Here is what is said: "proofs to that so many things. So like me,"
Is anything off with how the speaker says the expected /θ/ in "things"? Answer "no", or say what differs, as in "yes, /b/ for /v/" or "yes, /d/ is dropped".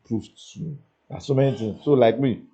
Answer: yes, /t/ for /θ/